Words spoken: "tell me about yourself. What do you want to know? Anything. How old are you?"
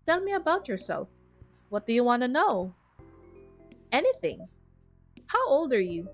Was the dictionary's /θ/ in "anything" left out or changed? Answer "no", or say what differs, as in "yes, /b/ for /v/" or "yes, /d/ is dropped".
no